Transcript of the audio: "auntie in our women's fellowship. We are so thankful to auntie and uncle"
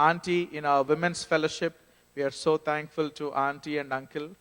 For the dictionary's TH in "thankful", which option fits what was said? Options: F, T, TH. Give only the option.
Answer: T